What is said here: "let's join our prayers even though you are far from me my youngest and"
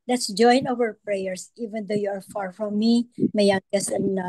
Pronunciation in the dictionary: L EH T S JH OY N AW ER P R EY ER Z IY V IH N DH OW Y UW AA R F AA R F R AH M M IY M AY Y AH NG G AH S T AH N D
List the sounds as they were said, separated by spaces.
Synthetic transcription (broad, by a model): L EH T S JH OY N AW ER P R EY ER S IY V IH N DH OW Y UW AA R F AA R F R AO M M IY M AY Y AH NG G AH S AH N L